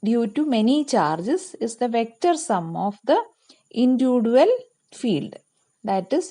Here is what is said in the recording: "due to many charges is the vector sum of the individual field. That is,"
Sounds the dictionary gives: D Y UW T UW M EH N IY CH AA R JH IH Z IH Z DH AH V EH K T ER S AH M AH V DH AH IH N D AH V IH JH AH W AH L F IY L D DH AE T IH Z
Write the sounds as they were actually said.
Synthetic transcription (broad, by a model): D Y UW T UW M EH N IY CH AA R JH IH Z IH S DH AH V EH K T ER S AH M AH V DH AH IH N D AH V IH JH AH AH L F IY L D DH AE T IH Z